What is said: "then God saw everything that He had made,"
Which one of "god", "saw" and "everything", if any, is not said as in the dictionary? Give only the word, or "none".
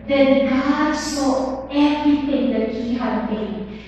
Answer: everything